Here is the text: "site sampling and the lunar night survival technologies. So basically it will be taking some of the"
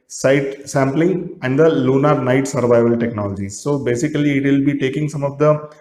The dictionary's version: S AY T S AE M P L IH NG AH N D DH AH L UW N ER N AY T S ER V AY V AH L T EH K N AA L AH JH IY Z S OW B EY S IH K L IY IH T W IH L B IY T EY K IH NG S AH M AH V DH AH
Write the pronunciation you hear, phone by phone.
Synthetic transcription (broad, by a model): S AY T S AE M P L IH NG AH N D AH L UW N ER N AY T S ER V AY V AH L T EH K N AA L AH JH IY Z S OW B EY S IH K L IY IH T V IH L B IY T EY K IH NG S AH M AH V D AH